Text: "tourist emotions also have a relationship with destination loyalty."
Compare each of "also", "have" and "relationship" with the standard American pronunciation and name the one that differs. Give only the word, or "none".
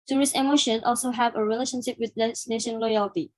none